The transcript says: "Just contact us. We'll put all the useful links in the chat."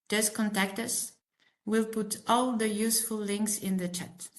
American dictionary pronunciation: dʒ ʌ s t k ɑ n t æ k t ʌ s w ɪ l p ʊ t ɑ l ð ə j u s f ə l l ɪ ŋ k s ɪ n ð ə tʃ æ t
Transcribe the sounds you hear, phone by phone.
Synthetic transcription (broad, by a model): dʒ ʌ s k ɑ n t æ k t ʌ s w ɪ l p ʊ t ɑ l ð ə j u s f ə l l ɪ ŋ k s ɪ n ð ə tʃ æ t